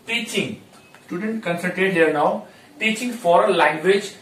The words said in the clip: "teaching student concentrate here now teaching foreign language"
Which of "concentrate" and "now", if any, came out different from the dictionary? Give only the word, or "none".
concentrate